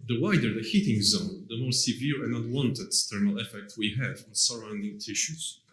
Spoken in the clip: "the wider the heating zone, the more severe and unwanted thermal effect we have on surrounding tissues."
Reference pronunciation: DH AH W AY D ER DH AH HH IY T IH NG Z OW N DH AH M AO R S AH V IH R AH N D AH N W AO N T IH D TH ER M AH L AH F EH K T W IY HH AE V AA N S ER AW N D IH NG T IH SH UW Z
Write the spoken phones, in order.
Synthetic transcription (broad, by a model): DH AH W AY D ER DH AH HH IY T IH NG Z OW N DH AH M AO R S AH V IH R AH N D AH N W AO N T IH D T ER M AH L AH F EH K T W IY HH AE V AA N S ER AW N D IH NG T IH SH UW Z